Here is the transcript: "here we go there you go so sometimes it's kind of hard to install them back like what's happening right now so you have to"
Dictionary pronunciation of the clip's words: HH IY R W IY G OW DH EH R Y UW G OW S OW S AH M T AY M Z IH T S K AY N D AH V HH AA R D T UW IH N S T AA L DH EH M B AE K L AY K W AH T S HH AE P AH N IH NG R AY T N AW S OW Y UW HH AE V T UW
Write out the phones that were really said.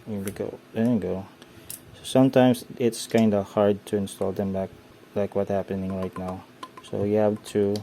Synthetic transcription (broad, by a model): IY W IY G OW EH G OW S OW S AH M T AY M S IH T S K AY N D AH HH AA R D T UW IH N S T AA L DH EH M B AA K L AY K W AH T HH AE P AH N IH NG R AY T N AW S OW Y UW HH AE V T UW